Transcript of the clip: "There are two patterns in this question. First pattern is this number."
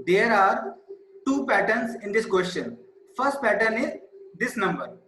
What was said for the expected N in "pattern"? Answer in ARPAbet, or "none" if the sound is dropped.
N